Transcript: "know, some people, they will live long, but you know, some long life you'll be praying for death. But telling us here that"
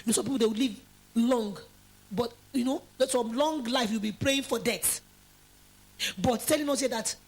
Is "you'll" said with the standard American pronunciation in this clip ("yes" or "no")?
no